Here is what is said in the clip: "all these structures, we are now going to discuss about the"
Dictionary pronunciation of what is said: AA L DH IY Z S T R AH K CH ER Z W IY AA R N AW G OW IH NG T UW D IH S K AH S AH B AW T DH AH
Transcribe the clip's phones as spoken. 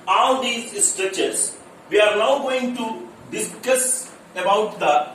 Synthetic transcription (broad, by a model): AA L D IY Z S T R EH CH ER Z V IY AA R N AW G OW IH NG T UW D IH S K AH S AH B AW T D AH